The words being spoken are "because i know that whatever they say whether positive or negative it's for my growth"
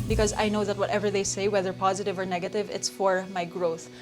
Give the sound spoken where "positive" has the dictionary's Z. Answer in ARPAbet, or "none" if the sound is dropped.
Z